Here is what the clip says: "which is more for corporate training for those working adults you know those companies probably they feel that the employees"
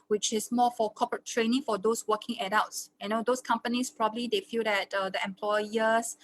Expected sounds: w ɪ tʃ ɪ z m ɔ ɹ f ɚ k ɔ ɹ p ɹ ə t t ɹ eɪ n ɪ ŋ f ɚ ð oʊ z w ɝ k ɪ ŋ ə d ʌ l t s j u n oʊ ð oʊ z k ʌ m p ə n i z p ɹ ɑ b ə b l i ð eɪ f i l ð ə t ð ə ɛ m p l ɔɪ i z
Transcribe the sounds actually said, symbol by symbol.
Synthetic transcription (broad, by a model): w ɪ tʃ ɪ s m ɔ f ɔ k ɔ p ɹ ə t t ɹ eɪ n ɪ ŋ f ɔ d oʊ s w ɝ k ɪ ŋ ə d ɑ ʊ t s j n oʊ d oʊ s k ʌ m p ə n i s p ɹ ɑ b ə b l i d eɪ f i l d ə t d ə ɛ m p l ɔɪ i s